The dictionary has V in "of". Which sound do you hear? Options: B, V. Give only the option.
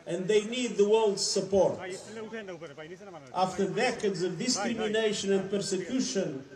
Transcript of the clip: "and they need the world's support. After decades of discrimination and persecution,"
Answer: V